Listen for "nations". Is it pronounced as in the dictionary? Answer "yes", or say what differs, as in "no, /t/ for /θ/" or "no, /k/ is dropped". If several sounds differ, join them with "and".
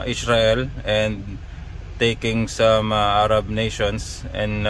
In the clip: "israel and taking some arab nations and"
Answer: no, /s/ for /z/